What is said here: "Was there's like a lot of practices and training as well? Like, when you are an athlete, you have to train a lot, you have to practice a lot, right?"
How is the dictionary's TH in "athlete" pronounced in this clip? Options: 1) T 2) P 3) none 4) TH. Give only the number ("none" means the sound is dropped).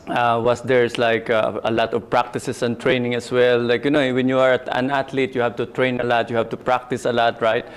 1